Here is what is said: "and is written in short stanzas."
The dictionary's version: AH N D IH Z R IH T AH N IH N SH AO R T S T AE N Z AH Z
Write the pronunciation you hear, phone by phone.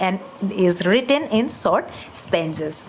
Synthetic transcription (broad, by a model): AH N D IH Z R IH T AH N IH N S AO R T S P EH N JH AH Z